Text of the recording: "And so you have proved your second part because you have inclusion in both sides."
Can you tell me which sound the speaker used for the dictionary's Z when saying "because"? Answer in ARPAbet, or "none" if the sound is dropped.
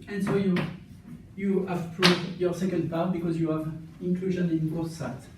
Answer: Z